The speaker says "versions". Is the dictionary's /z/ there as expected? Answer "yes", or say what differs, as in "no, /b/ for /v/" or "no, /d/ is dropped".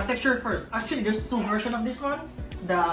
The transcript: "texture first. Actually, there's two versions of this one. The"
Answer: no, /z/ is dropped